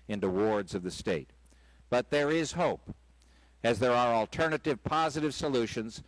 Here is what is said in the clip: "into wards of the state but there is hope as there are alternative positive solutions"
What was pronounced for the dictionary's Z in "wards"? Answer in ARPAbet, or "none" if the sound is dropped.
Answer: Z